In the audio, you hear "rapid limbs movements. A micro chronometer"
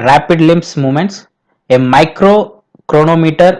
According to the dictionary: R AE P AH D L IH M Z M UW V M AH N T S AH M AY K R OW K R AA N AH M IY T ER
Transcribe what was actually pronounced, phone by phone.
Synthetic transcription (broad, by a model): R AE P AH D L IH M S M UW M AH N T S AH M AY K R OW K R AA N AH M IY T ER